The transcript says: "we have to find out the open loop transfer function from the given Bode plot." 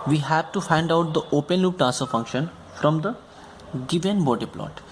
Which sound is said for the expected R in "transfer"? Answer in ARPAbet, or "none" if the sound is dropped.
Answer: none